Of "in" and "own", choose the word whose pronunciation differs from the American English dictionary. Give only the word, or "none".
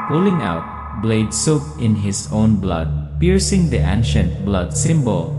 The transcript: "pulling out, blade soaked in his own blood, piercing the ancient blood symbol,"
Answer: none